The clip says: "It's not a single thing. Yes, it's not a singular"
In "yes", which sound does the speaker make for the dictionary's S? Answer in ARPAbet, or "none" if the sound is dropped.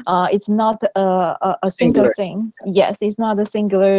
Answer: S